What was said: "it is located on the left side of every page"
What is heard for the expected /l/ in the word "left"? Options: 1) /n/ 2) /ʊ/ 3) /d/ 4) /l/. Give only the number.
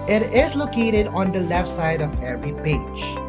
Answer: 4